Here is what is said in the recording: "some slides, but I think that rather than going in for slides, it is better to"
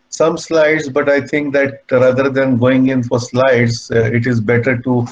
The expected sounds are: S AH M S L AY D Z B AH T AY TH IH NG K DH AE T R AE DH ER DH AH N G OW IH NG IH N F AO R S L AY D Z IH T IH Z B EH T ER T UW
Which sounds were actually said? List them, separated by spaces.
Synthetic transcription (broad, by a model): S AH M S L AY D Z B AH T AY T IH NG K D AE T R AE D ER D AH N G OW IH NG IH N F AO R S L AY D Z IH T IH Z B EH T ER T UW